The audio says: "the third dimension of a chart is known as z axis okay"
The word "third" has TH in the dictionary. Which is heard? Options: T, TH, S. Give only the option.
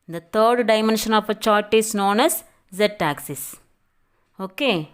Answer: T